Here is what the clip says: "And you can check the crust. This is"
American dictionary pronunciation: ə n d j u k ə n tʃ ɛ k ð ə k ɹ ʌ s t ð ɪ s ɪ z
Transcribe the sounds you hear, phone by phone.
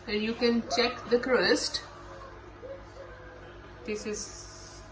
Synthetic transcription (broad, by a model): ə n j u k ə n tʃ ɛ k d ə k ɹ ʌ s t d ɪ s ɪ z